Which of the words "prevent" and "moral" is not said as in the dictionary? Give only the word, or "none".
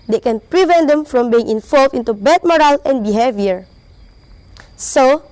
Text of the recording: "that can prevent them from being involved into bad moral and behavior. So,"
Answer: none